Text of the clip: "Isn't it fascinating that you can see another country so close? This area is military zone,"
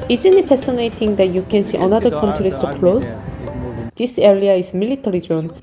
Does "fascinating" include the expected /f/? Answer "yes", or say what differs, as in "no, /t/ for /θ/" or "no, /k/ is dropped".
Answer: no, /p/ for /f/